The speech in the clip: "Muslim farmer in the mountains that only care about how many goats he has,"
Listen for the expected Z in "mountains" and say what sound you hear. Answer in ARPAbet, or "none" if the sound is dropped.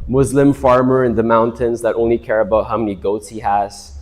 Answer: Z